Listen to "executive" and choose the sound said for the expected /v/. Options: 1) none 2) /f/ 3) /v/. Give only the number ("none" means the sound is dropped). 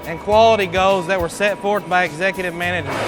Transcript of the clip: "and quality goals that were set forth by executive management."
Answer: 3